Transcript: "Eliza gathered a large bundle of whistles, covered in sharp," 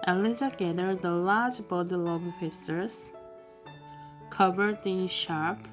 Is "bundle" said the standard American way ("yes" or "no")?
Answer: no